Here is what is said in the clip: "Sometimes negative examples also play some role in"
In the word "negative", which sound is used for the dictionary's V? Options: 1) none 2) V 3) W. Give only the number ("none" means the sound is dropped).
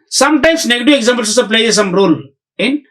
1